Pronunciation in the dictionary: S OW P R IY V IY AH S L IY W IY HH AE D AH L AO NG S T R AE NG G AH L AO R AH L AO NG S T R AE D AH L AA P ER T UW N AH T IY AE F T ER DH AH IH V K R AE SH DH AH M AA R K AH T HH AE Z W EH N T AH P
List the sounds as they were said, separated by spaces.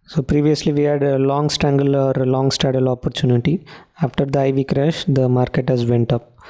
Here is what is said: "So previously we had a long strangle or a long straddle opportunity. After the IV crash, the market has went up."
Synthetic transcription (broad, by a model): S OW P R IY V IY AH S L IY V IY HH AE D AH L AO NG S T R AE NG G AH L AO R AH L AO NG S T AE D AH L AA P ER T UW N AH T IY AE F T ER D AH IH V K R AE SH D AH M AA R K AH T HH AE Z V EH N T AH P